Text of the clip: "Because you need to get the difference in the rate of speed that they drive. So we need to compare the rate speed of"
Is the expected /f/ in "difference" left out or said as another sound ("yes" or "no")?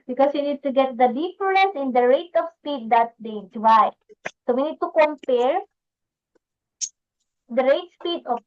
yes